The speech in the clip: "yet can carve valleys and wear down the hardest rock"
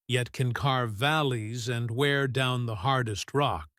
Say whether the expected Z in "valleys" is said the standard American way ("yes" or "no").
yes